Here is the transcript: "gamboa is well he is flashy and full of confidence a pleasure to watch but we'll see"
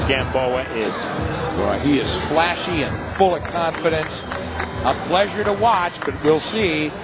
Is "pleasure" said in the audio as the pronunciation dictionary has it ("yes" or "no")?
yes